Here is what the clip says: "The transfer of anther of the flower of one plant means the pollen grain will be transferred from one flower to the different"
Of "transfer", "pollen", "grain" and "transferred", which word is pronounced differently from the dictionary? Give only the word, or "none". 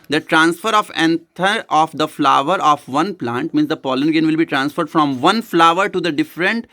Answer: grain